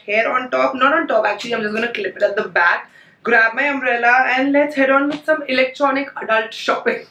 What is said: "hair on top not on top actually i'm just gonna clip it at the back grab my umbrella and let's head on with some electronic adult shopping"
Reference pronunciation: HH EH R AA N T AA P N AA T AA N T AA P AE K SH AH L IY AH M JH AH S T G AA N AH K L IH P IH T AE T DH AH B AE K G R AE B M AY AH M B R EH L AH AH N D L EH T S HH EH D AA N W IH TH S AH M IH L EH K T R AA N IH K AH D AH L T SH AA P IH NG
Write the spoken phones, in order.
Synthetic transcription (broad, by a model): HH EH R AA N T AA P N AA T AA N T AA P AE K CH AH L IY AH M JH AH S G AA N AH K L IH P IH T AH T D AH B AE K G R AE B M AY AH M R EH L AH AH N D L EH T S HH EH D AA N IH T S AH M IH L EH K T R AA N IH K AH D AH L T SH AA P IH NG